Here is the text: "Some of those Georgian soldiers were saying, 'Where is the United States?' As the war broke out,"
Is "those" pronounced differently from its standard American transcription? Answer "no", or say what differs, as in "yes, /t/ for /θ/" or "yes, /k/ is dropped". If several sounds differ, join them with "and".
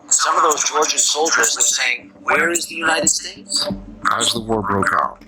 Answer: no